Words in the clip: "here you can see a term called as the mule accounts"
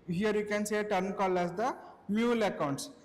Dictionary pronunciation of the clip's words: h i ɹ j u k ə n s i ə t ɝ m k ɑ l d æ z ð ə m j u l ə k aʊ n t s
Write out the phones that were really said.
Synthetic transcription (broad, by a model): h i ɹ j u k ə n s ə t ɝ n k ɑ l æ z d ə m j u l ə k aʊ n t s